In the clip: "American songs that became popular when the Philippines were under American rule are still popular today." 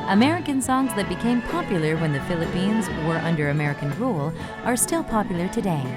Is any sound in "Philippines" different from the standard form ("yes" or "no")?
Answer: no